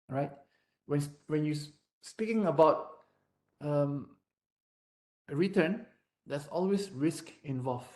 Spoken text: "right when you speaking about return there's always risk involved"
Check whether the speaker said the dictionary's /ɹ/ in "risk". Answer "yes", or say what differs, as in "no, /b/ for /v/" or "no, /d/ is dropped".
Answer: yes